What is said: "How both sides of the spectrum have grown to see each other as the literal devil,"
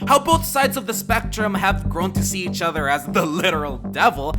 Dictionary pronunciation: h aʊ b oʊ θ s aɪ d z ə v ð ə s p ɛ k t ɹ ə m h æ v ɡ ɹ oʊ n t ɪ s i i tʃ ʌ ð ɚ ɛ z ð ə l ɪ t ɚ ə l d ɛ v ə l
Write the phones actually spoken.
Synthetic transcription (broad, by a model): h aʊ b oʊ θ s aɪ d z ə v ð ə s p ɛ k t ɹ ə m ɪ v ɡ ɹ oʊ n t ɪ s i i tʃ ʌ ð ɚ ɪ z ð ə l ɪ t ɚ l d ɛ v l